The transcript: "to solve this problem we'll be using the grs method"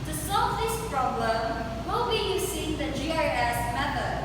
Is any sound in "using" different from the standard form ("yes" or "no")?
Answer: yes